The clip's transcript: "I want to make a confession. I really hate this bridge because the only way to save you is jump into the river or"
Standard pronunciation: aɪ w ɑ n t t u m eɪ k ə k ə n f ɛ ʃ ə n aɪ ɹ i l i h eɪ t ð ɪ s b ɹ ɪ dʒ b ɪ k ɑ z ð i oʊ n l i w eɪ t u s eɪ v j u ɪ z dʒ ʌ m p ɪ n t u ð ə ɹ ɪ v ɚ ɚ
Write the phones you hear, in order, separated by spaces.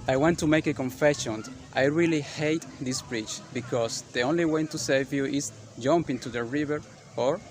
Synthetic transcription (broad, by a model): aɪ w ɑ n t t u m eɪ k ə k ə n f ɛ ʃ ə n aɪ ɹ i l i h eɪ t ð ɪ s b ɹ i tʃ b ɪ k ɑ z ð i oʊ n l i w eɪ t u s eɪ v j u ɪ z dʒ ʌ m p ɪ n t u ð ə ɹ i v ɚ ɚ